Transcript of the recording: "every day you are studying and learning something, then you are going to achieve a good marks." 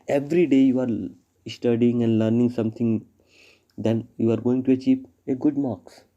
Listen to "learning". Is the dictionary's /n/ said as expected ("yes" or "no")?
yes